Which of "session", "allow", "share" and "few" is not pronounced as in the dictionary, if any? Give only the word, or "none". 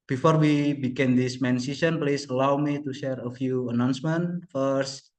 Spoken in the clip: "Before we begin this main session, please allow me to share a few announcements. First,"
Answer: session